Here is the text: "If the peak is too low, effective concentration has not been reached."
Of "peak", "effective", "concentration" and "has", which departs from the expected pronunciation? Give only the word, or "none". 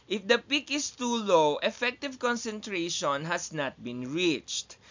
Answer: has